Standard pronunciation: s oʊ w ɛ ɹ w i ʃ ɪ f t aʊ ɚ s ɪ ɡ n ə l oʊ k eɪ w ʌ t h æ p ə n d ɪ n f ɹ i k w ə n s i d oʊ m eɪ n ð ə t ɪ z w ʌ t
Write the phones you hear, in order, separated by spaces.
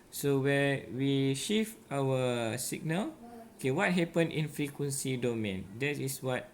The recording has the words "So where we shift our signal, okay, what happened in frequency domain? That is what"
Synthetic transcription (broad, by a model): s oʊ w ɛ w i ʃ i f aʊ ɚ s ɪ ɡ n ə l oʊ k eɪ w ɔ t h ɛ p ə n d ɪ n f ɹ i k w ə n s i d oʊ m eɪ n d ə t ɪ s w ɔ t